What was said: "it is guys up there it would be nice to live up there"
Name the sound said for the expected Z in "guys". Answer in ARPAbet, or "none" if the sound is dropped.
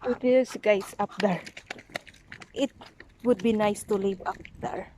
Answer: S